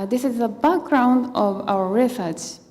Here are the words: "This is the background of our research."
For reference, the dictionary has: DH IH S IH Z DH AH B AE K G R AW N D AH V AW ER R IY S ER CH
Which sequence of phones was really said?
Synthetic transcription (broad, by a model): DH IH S IH Z DH AH B AE K G R AW N D AH V AW ER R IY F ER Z